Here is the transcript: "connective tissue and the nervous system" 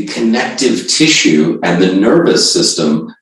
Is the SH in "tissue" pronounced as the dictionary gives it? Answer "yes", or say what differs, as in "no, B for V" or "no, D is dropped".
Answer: yes